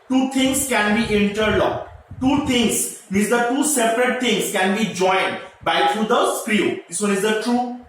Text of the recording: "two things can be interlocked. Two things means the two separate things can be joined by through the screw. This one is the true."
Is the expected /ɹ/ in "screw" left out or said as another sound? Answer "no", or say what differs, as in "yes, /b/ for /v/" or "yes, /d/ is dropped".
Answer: no